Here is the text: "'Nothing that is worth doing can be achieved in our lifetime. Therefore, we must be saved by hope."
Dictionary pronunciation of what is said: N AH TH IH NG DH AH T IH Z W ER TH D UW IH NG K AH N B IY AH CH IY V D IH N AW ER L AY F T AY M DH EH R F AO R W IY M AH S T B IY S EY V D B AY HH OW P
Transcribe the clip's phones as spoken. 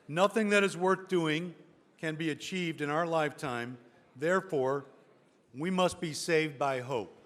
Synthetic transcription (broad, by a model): N AH TH IH NG DH AH T IH Z W ER TH D UW IH NG K AH N B IY AH CH IY V D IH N AW ER L AY F T AY M DH EH R F AO R W IY M AH S T B IY S EY V D B AY HH OW P